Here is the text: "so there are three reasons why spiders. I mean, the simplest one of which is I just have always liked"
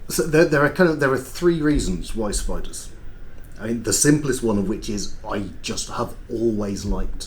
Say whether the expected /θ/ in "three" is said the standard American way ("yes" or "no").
yes